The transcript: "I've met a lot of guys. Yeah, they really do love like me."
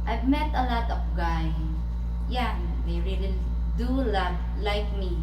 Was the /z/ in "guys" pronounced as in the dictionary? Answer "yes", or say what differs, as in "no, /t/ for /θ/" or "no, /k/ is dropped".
no, /z/ is dropped